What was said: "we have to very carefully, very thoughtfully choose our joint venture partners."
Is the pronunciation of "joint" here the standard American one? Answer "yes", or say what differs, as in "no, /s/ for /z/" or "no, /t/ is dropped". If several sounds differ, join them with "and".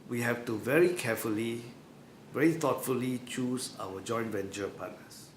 yes